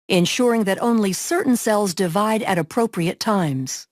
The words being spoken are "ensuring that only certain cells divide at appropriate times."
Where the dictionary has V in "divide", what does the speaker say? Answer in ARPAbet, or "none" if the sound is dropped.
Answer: V